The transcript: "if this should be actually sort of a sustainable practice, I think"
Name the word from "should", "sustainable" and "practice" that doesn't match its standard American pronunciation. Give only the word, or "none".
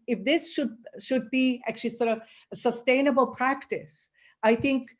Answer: none